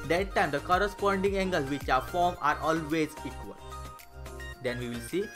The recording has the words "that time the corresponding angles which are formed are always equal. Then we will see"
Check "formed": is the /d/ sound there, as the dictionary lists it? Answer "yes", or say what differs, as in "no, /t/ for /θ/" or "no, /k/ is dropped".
no, /d/ is dropped